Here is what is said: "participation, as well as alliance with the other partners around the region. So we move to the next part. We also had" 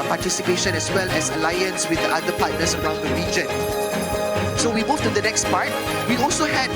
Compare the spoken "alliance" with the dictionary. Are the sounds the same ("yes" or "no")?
yes